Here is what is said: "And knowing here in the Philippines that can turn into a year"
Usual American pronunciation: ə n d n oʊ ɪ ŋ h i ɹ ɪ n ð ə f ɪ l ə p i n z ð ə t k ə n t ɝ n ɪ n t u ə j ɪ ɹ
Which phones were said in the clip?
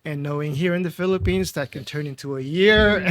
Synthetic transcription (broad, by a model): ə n n oʊ ɪ ŋ h i ɹ ɪ n ð ə f ɪ l ə p i n z ð ə t k ə n t ɝ n ɪ n t u ə j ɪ ɹ